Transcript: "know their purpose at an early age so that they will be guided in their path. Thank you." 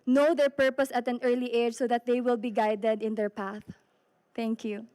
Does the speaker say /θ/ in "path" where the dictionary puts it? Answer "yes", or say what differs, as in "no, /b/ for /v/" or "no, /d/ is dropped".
yes